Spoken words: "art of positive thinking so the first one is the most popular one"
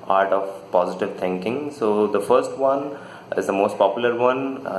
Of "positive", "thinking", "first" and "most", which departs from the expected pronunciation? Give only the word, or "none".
thinking